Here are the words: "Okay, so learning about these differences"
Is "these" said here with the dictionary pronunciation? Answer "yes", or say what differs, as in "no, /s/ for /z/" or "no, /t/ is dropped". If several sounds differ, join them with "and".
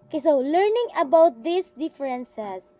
no, /s/ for /z/